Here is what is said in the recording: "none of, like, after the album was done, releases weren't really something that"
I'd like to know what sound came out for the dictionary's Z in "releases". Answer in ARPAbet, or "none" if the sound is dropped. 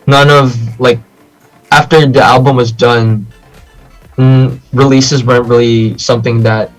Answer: Z